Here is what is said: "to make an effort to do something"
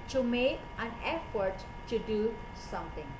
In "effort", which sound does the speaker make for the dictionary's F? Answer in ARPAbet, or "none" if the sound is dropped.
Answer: F